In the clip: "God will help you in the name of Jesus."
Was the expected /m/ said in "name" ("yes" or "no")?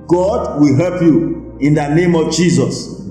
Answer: yes